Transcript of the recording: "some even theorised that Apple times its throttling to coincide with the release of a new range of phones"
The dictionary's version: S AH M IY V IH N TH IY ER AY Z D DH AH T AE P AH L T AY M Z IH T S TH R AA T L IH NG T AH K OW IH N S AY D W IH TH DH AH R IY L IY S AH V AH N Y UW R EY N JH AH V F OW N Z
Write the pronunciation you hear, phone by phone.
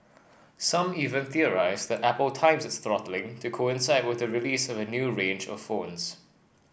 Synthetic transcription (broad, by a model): S AH M IY V IH N TH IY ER AY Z DH AH T AE P AH L T AY M Z IH T S TH R AA T L IH NG T AH K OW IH N S AY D W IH DH AH R IY L IY S AH V AH N Y UW R EY N JH AH V F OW N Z